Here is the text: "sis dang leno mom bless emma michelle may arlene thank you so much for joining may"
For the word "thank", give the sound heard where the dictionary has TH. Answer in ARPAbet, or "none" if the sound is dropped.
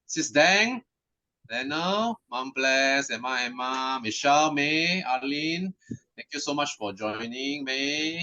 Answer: T